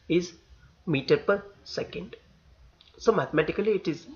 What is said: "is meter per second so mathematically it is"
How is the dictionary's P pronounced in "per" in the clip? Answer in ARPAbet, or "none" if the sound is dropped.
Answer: P